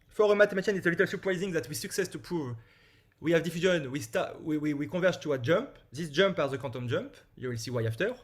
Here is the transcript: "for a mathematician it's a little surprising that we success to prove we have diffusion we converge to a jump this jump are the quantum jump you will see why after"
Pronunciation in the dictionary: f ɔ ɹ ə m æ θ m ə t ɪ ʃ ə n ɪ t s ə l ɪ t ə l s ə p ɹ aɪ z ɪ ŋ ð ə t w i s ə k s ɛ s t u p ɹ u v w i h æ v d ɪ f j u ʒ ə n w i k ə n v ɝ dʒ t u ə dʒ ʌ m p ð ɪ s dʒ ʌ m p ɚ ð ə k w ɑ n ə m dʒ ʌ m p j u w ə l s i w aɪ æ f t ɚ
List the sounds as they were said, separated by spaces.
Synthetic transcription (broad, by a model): f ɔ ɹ ə m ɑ t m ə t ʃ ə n ɪ t s ə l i t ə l s ə p ɹ aɪ z ɪ ŋ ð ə t w i s ə k s ɛ s t u p ɹ u v w i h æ v d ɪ f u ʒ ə n w i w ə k v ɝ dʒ t u ə dʒ ʌ m p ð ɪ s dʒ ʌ m p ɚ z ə k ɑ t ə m dʒ ʌ m p j u w ə l s i w aɪ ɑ f t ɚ